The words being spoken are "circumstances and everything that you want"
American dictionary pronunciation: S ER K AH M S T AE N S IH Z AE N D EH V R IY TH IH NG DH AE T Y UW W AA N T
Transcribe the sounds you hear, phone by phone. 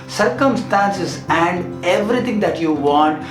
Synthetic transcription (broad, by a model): S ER K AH M S T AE N S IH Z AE N D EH V R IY T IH NG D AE T Y UW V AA N T